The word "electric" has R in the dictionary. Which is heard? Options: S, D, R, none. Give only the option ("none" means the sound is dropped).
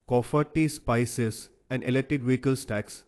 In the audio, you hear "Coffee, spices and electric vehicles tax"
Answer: none